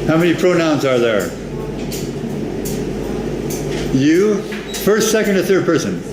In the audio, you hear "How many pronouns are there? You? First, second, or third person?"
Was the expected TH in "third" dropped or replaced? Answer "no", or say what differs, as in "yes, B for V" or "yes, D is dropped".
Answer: no